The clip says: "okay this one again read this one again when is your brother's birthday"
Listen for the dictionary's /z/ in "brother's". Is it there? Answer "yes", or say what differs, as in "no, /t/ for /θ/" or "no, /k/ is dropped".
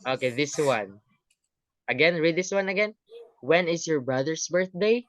no, /s/ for /z/